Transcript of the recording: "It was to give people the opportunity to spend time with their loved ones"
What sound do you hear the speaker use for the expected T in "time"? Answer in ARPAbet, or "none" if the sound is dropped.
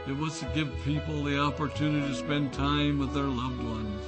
T